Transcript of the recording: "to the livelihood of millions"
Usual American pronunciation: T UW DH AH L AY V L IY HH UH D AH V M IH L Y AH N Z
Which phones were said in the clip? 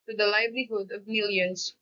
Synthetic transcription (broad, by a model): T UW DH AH L AY V L IY HH UH D AH V M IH L Y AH N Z